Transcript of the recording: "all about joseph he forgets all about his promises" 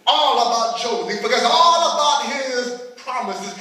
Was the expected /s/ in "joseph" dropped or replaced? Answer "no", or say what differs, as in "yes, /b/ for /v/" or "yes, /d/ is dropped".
yes, /s/ is dropped